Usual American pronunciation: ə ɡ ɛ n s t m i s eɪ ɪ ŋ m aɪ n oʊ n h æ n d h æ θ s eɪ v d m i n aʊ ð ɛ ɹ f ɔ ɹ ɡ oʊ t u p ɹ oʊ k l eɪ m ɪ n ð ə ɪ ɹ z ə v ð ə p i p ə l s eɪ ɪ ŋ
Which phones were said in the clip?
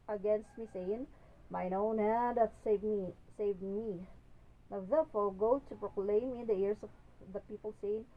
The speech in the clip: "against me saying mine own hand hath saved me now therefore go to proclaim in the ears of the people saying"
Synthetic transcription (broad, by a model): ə ɡ ɛ n s t m i s eɪ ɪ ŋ m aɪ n oʊ n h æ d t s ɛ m s eɪ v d m i n aʊ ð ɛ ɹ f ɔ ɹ ɡ oʊ t u p ɹ oʊ k l eɪ m ɪ n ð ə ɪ ɹ s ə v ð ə p i p ə l s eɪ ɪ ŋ